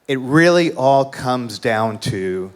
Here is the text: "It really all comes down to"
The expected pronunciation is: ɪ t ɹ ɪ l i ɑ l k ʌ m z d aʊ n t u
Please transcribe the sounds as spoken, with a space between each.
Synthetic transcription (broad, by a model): ɪ t ɹ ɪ l i ɑ l k ʌ m z d aʊ n t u